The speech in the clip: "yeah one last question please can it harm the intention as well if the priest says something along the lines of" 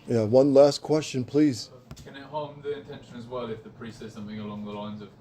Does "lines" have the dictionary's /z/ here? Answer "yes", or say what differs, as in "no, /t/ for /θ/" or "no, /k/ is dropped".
yes